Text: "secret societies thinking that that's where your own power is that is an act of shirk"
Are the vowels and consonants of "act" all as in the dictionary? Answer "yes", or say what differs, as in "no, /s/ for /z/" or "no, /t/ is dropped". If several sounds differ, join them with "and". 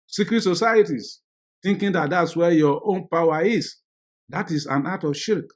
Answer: no, /k/ is dropped